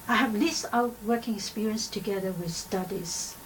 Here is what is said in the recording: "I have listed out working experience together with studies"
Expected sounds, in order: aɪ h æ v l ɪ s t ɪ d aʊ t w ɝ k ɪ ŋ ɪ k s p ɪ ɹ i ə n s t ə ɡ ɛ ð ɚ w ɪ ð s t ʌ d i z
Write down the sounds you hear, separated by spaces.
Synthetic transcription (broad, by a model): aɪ h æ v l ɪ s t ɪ ʊ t w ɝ k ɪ ŋ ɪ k s p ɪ ɹ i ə n s t ə ɡ ɛ ð ɚ w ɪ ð s t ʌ d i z